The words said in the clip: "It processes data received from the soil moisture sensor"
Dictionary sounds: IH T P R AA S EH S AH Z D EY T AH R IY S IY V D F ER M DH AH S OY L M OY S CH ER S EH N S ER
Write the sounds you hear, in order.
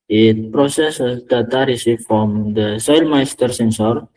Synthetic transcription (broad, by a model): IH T P R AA S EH S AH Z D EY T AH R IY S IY F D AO M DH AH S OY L M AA S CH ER S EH N S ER